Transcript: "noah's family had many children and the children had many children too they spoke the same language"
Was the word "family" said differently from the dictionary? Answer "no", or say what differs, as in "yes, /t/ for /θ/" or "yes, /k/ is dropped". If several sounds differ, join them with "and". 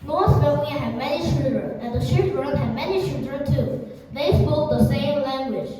yes, /l/ is dropped